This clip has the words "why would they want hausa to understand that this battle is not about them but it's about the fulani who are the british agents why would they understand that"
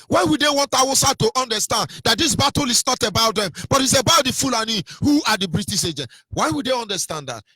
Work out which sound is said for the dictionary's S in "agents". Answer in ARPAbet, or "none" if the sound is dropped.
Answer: none